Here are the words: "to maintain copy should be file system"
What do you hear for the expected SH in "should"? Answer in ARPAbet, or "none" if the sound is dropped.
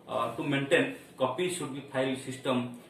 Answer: S